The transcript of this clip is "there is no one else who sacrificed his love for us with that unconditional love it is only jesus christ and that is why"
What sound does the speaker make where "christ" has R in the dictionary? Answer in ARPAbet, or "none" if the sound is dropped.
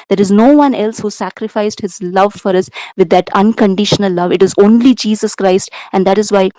R